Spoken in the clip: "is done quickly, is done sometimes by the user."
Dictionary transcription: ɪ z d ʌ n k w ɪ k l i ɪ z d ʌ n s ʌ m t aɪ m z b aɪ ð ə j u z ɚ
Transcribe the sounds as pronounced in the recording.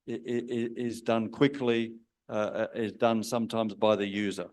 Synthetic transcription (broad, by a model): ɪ z d ʌ n k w ɪ k l i ɪ z d ʌ n s ʌ m t aɪ m z b aɪ ð ə j u z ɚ